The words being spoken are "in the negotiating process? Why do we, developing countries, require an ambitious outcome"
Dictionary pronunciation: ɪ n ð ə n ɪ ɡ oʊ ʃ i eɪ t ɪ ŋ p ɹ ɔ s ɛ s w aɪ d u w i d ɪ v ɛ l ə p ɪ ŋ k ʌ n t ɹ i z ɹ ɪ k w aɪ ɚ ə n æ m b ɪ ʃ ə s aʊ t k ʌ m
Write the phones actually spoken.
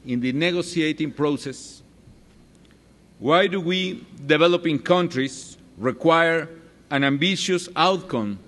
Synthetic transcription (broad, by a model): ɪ n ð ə n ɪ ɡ oʊ s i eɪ t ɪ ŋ p ɹ ɔ s ɛ s w aɪ d u w i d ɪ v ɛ l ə p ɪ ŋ k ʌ n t ɹ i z ɹ ɪ k w aɪ ɚ ə n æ m b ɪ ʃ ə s aʊ t k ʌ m